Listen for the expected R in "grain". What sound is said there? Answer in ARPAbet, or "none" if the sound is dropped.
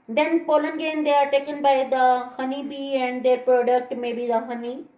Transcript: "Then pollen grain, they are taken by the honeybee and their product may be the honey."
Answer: none